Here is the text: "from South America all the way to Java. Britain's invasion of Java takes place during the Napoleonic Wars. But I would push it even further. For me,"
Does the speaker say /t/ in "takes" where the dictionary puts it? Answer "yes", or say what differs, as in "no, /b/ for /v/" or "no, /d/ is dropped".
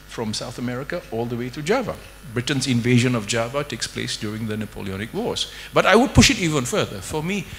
yes